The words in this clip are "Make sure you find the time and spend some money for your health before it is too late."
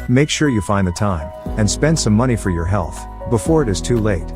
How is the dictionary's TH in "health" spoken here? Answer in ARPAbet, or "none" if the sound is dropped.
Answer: TH